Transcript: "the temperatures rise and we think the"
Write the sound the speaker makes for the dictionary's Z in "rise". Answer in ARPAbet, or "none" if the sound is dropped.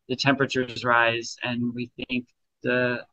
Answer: Z